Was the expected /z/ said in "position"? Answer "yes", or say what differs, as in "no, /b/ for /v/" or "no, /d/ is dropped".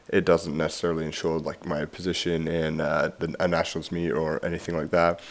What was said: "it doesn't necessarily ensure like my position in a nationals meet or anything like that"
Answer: yes